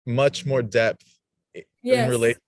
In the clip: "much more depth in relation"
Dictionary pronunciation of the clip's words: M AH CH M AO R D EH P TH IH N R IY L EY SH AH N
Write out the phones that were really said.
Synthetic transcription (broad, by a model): M AH CH M AO R D EH P TH IH N R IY L EY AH